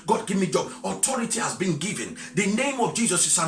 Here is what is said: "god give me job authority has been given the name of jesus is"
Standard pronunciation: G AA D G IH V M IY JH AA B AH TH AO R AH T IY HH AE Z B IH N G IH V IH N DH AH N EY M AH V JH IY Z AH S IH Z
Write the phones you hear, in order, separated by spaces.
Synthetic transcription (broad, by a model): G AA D G IH V M IY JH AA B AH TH AO R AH T IY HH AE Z B IH N G IH V IH N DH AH N EY M AH V JH IY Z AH S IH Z